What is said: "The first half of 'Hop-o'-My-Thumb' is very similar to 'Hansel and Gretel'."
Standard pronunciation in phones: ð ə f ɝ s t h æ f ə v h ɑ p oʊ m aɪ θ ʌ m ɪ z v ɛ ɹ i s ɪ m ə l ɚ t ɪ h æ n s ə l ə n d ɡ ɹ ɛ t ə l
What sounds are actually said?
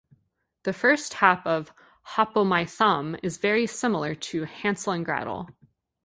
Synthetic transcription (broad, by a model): ð ə f ɝ s t h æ p ə v h ɑ p oʊ m aɪ θ ʌ m ɪ z v ɛ ɹ i s ɪ m l ɚ t ɪ h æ n s l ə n ɡ ɹ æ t l